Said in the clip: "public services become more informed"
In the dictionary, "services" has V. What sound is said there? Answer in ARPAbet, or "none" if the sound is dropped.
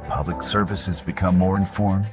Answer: V